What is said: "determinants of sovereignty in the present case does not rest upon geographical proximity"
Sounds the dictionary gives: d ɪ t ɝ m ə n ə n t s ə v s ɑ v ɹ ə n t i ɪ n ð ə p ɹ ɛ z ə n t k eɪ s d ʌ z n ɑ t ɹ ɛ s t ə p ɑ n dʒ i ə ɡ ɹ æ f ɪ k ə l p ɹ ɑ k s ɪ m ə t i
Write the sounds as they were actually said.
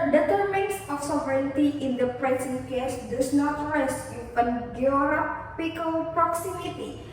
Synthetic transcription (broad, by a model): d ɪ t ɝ m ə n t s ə f s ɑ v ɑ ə t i ɪ n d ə p ɹ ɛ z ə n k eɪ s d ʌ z n ɑ t ɹ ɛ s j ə ɑ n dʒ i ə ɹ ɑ p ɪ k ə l p ɹ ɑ k s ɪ m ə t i